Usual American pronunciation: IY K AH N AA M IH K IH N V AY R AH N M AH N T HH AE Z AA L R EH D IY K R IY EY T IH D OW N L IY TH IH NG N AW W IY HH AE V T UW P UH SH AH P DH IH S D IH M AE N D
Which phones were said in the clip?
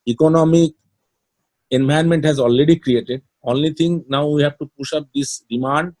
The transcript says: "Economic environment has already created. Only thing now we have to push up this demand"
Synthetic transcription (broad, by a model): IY K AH N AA M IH K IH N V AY AH N M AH N T HH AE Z AA L R EH D IY K R IY EY T IH D OW N L IY T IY NG N AW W IY HH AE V T UW P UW SH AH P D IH S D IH M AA N D